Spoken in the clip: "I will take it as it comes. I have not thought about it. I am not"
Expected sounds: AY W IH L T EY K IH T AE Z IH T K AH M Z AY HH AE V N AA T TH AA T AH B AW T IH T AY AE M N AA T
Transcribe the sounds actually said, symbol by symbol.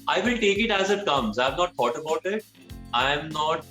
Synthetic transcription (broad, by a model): AY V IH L T EY K IH T AE Z IH T K AH M Z AY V N AA T T AA T AH B AW T IH T AY M N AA T